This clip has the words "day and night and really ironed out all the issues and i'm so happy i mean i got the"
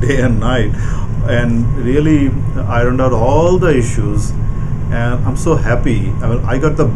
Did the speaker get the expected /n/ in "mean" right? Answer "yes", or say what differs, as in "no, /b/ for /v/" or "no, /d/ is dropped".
no, /n/ is dropped